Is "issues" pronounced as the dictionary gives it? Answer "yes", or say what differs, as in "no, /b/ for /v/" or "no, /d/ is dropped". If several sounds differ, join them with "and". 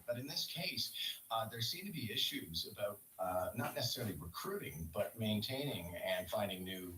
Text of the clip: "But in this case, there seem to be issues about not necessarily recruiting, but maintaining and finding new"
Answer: yes